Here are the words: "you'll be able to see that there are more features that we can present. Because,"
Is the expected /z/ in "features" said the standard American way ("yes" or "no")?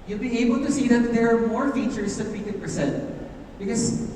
no